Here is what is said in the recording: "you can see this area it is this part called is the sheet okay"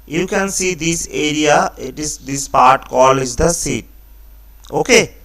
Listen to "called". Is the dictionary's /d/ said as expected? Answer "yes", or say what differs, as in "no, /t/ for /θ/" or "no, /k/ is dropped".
no, /d/ is dropped